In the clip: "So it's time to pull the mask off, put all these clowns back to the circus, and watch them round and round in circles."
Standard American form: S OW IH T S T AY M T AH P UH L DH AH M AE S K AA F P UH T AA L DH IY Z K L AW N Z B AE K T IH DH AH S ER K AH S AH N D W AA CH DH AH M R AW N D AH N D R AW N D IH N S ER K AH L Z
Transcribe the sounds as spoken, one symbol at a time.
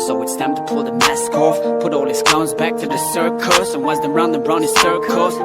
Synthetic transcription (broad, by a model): S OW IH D S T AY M T AH P UH L DH AH M AE S K AA F P UH T AA L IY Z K AW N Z B AE K T IH DH AH S ER K AH S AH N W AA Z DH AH R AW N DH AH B R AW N IH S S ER K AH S